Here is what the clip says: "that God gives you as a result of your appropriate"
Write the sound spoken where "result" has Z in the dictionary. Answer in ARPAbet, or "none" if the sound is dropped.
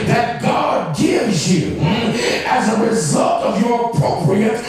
Z